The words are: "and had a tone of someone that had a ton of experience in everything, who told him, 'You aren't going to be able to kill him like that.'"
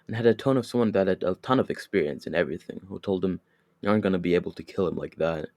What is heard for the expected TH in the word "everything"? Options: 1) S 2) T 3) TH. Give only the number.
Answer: 3